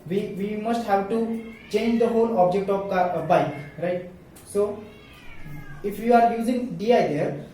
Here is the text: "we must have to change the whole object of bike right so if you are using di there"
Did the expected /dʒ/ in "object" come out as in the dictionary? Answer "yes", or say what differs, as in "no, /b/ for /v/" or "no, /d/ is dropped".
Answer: yes